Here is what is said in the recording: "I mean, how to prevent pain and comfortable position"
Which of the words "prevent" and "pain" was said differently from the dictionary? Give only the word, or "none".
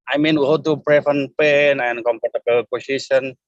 prevent